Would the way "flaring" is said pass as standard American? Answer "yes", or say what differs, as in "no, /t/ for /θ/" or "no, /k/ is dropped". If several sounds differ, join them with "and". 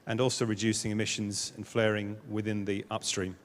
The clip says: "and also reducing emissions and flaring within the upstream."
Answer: yes